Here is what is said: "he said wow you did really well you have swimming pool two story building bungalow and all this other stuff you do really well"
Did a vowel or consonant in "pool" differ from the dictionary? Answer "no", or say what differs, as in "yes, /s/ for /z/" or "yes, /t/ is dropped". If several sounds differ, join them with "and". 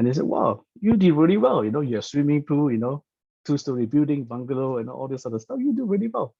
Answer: yes, /n/ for /l/